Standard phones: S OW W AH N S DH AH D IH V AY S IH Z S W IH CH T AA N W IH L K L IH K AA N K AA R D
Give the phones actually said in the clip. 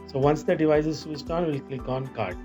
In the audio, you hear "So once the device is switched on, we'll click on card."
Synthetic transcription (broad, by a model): S OW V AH N S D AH D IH V AY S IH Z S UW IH S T AA N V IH L K L IH K AA N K AA R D